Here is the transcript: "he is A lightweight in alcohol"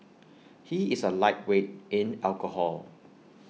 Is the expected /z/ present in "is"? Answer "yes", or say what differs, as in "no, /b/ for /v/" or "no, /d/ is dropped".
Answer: no, /s/ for /z/